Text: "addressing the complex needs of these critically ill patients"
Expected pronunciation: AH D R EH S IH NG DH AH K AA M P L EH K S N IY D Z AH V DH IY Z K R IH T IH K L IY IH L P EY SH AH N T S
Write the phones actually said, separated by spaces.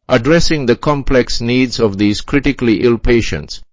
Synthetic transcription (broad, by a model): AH D R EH S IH NG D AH K AA M P L EH K S N IY D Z AH V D IY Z K R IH T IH K L IY IH L P EY SH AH N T S